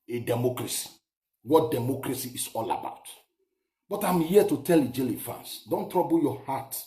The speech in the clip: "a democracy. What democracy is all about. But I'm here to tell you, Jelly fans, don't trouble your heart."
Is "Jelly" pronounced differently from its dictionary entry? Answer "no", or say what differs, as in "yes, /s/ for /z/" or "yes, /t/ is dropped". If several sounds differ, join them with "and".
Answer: no